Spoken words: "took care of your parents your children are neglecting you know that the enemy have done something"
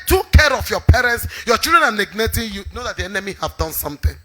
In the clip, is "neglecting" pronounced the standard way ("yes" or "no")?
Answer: no